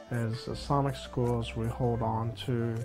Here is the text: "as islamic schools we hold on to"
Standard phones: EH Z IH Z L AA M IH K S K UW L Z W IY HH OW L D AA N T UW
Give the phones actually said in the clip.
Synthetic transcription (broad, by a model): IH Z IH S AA M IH K S K UW L Z W IY HH OW L D N T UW